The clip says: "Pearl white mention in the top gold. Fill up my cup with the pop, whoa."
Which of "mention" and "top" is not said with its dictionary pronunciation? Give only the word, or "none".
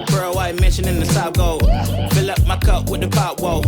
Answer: top